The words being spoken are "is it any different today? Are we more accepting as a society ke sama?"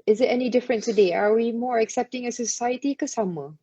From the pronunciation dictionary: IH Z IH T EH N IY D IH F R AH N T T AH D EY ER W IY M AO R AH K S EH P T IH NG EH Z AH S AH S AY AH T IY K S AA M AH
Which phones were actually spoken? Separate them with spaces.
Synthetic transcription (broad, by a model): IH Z IH T EH N IY D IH F R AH N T T AH D EY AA W IY M AO R AH K S EH P T IH NG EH AH S AH S AY AH T IY K S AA M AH